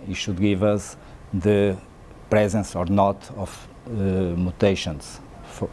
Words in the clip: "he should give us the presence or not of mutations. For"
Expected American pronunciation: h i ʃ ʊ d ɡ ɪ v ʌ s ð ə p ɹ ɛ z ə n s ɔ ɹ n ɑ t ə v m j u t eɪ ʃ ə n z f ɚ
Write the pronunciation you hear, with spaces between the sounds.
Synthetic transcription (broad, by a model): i ʃ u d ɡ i v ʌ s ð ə p ɹ ɛ z ə n s ɔ ɹ n ɑ t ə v m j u t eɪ ʃ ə n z f